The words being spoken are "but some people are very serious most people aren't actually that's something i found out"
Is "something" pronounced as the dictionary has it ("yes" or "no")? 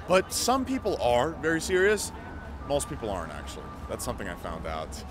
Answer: yes